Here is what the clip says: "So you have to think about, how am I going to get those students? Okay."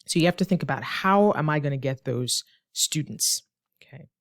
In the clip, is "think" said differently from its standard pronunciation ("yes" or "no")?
no